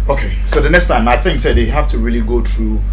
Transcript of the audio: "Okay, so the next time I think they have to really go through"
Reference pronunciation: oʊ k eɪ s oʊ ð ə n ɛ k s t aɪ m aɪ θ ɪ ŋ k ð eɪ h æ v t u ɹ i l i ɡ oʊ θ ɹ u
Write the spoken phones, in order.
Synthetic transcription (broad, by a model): oʊ k eɪ s oʊ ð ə n ɛ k s t aɪ m aɪ θ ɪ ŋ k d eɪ h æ f t u ɹ i l i ɡ oʊ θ ɹ u